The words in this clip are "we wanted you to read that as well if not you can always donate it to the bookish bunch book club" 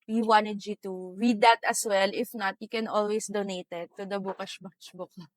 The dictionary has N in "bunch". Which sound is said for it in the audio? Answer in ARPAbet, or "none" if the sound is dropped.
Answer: none